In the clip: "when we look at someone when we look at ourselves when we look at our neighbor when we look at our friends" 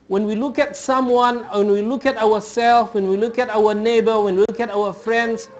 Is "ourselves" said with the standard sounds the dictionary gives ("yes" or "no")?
no